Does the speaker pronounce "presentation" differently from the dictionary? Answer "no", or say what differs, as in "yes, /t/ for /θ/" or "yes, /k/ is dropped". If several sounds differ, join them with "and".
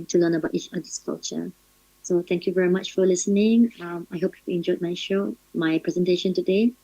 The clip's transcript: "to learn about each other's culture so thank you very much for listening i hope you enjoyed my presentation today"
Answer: no